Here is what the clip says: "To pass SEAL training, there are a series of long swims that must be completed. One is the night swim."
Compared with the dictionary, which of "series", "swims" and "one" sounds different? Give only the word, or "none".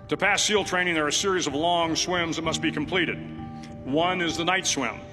none